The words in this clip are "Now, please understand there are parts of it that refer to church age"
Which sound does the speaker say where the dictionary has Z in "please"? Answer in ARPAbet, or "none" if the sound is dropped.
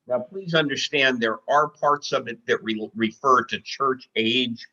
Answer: Z